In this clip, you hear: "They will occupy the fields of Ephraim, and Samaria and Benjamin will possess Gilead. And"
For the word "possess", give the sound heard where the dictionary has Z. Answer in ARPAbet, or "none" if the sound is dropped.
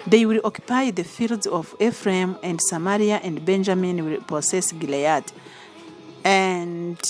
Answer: S